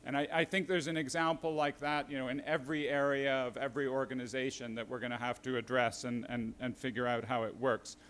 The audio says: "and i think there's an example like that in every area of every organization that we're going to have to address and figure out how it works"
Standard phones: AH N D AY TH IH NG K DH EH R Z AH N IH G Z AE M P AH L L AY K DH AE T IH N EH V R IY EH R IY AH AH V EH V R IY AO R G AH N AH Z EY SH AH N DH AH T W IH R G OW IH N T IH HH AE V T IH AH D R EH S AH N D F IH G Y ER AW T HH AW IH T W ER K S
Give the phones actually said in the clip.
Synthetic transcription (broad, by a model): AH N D AY TH IH NG K DH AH R Z AH N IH G Z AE M P L L AY K DH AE T IH N EH V R IY EH R IY AH AH V EH V R IY AO R G AH N AH Z EY SH AH N DH AH T W IH R G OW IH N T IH HH AE F T IH D R EH S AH N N F IH G Y ER AW T HH AW IH T W ER K S